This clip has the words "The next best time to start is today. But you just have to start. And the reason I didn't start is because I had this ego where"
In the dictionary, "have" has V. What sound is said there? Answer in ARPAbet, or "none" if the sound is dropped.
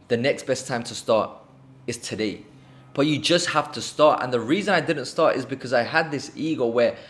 F